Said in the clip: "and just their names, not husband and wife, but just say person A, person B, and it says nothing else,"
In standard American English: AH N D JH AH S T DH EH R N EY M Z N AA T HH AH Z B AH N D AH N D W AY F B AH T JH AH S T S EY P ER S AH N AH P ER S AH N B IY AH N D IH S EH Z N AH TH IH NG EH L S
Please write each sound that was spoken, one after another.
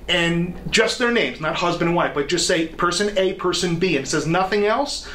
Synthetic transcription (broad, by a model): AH N JH AH S T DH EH R N EY M Z N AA T HH AH Z B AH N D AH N W AY F B AH T JH AH S T S EY P ER S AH N AH P ER S AH N B IY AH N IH S EH Z N AH TH IH NG EH L S